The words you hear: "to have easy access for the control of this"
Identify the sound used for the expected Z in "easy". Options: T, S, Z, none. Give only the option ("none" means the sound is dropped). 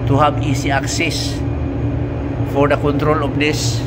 S